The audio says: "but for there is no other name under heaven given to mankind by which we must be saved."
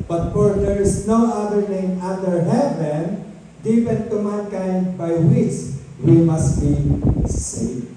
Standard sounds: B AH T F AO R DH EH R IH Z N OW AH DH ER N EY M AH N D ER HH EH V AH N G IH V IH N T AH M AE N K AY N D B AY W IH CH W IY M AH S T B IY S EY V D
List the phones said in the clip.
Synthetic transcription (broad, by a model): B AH T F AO R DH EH R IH S N OW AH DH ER N EY M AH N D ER HH EH V AH N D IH P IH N T AH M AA N K AY N D B AY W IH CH W IY M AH S T B IY S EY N